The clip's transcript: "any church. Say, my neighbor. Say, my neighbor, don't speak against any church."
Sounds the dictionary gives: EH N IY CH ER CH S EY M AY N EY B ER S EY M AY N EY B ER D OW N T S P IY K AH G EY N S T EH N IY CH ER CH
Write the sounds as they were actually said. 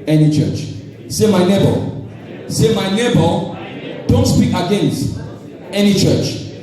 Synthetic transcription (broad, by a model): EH N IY CH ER CH S EY M AY N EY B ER S EY M AY N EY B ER D OW N T S P IY K AH G EY N S T EH N IY CH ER CH